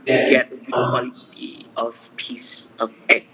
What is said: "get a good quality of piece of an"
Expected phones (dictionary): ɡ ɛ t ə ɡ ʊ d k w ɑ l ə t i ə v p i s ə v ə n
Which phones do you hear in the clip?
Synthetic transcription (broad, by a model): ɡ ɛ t ə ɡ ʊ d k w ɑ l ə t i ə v p i s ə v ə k